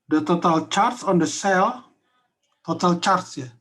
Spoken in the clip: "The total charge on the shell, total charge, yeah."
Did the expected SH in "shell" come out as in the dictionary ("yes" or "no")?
no